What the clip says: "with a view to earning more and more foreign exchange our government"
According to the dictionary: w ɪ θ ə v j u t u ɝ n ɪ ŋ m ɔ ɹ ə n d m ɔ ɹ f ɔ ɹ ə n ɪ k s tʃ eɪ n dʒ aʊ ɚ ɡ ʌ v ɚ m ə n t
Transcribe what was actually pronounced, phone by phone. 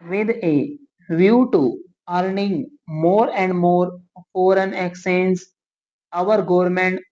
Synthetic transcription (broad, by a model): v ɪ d ə v j u t u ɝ n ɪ ŋ m ɔ ɹ ə n d m ɔ ɹ f ɔ ɹ ə n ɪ k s eɪ n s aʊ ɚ ɡ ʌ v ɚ m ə n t